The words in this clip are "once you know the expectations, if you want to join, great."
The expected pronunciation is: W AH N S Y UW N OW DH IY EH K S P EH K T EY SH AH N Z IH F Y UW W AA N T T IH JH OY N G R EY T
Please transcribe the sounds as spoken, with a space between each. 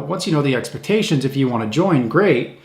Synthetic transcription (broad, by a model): W AH N S Y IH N OW DH IY EH K S P EH K T EY SH AH N Z IH F Y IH W AA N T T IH JH OY N G R EY T